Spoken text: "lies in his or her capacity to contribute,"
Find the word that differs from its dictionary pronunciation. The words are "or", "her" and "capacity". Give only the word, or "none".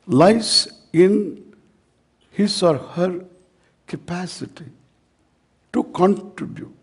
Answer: none